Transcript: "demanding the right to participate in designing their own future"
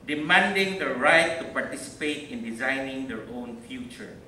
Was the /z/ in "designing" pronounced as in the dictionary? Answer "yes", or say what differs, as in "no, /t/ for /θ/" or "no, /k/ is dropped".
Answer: yes